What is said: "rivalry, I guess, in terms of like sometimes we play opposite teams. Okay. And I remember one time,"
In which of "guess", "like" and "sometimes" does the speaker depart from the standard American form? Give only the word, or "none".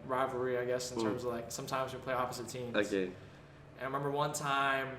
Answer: none